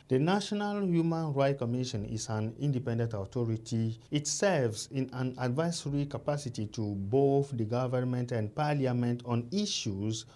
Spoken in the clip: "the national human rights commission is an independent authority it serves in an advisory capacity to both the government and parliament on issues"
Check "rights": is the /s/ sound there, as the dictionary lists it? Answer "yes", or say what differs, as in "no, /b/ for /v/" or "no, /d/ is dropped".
no, /s/ is dropped